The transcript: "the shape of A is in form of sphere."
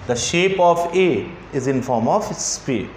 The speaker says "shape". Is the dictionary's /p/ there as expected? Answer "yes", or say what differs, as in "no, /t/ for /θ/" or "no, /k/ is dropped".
yes